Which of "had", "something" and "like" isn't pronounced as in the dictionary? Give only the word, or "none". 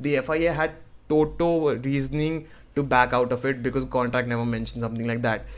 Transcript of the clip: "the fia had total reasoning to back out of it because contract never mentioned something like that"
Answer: something